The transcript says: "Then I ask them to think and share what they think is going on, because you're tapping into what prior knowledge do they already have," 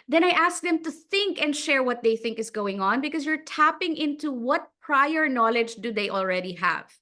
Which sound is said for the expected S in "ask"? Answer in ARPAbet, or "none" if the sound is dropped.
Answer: S